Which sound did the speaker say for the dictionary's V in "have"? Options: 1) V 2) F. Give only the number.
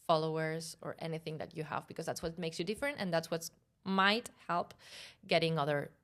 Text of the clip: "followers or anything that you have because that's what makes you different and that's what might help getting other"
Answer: 1